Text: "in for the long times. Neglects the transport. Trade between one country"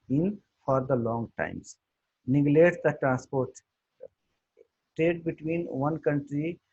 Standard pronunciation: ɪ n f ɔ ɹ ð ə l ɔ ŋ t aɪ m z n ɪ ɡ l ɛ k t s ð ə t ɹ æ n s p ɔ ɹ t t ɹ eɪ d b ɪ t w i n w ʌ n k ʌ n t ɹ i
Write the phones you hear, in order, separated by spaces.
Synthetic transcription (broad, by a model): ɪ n f ɔ ɹ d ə l ɔ ŋ t aɪ m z n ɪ ɡ l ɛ t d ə t ɹ æ n s p ɔ ɹ t t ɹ eɪ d b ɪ t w i n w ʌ n k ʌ n t ɹ i